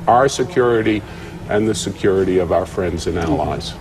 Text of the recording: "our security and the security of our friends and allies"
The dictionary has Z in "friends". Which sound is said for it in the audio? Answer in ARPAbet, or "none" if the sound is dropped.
Z